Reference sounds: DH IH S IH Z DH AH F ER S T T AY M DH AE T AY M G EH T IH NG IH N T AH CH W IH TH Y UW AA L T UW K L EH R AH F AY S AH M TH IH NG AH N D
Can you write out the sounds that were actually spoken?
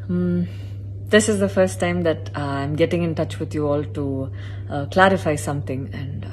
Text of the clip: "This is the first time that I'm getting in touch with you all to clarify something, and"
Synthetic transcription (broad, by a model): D IH S IH Z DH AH F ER S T T AY M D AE T AY M G EH T IH NG IH N T AH CH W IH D Y UW AA L T UW K L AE R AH F AY S AH M T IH NG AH N D